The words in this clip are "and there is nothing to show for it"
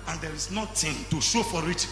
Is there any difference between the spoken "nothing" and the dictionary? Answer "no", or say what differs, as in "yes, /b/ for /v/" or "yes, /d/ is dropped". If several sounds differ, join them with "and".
yes, /t/ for /θ/